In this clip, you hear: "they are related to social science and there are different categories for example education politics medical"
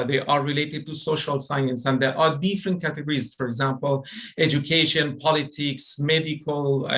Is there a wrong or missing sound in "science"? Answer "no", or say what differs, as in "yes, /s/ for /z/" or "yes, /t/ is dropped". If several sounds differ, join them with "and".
no